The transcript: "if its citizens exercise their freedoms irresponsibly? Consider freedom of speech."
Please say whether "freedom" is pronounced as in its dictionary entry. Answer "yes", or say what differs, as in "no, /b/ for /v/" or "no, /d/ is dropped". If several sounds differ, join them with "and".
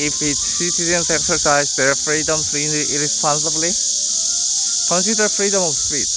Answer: no, /p/ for /f/